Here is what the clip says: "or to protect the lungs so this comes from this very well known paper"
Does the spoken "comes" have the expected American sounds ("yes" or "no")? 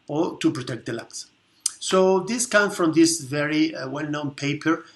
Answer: no